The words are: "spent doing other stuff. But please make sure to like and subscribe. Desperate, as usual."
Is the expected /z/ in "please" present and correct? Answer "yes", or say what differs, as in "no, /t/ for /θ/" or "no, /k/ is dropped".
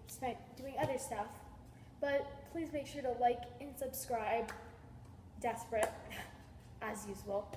yes